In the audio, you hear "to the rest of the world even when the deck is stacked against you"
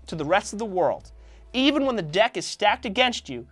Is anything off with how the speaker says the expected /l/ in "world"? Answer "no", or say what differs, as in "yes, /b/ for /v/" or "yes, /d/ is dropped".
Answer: no